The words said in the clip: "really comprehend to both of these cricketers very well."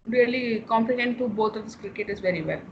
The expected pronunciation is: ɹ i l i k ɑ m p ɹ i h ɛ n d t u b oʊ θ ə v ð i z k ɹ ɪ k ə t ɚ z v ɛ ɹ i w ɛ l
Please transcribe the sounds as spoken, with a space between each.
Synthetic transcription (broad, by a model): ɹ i l i k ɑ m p i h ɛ n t t u b oʊ t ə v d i s k ɹ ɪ k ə t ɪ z v ɛ ɹ i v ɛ l